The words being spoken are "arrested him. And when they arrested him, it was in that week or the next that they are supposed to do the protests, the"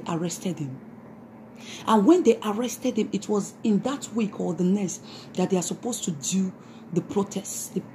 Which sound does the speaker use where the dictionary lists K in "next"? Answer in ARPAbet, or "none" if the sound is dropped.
none